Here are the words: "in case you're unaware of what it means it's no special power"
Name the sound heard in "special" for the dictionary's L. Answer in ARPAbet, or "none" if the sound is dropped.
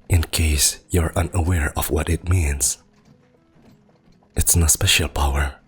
L